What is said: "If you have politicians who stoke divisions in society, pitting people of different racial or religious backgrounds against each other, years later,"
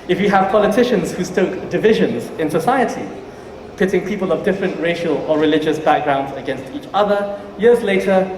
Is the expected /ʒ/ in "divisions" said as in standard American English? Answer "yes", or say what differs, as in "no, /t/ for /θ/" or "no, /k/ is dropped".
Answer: yes